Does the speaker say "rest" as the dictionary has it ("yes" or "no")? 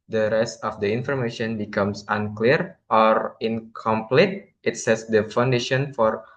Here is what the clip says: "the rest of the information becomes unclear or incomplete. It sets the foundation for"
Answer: yes